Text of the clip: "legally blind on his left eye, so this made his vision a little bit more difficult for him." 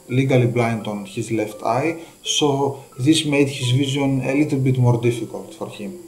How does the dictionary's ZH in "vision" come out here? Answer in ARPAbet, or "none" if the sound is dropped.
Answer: Z